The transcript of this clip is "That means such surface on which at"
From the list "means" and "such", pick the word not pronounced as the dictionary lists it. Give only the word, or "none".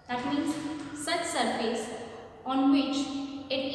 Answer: means